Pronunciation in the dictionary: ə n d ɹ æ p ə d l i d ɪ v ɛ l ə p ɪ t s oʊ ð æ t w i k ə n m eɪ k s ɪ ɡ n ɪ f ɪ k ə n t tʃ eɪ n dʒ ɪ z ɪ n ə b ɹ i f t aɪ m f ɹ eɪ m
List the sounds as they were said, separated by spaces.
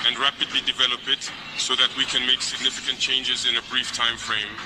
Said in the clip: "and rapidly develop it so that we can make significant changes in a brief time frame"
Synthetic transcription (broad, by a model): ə n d ɹ æ p ə d l i d ɪ v ɛ l ə p ɪ t s oʊ ð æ t w i k ə n m eɪ k s ɪ ɡ n ɪ f ɪ k ə n t tʃ eɪ n dʒ ɪ z ɪ n ə b ɹ i f t aɪ m f ɹ eɪ m